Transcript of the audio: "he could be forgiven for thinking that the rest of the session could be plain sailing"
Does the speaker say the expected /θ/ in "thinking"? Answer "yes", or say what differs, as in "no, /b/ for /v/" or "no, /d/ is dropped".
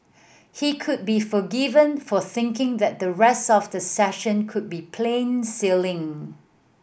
yes